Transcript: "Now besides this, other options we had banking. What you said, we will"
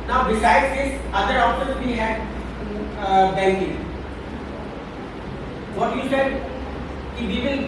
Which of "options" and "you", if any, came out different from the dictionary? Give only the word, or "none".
options